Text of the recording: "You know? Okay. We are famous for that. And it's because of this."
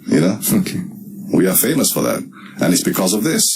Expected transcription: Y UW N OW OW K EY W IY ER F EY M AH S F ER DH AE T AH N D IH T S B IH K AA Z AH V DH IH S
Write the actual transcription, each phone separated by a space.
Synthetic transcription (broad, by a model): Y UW N OW OW K EY W IY ER F EY M AH S F ER DH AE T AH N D IH T S B IH K AA Z AH V DH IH S